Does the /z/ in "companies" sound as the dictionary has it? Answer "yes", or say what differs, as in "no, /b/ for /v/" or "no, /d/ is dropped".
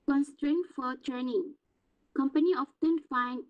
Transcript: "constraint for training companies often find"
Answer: no, /z/ is dropped